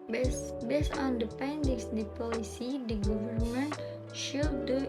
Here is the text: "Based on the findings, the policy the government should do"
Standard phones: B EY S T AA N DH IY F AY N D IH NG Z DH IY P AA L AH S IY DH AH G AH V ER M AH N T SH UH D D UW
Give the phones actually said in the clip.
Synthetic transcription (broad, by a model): B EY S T AA N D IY P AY N D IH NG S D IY P AA L AH S IY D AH G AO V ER M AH N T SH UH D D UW